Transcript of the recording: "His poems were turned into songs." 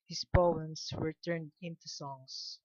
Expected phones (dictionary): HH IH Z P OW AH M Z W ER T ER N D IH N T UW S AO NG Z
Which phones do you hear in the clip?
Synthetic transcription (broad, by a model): HH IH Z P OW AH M S W ER T ER N D IH N T UW S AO NG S